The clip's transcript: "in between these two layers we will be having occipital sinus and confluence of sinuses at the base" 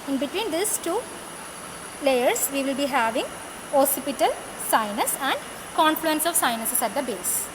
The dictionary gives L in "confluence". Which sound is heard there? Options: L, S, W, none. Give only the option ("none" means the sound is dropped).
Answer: L